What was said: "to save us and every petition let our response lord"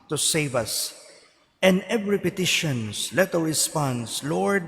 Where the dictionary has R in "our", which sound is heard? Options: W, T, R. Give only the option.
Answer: W